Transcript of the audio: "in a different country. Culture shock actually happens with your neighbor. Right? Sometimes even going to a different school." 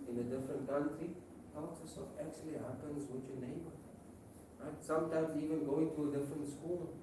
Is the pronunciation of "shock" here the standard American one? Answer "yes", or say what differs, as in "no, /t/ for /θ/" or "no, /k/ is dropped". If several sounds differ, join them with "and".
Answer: no, /s/ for /ʃ/